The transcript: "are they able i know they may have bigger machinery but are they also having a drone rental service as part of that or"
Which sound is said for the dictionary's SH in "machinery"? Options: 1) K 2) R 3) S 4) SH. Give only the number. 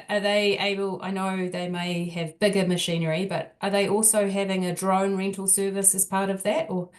4